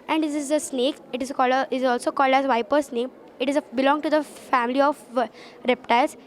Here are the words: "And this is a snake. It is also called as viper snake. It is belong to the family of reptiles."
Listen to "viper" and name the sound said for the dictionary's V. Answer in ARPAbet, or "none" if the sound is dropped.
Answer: V